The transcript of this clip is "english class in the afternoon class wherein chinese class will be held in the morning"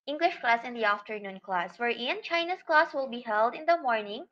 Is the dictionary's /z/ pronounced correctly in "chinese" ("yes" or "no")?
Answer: no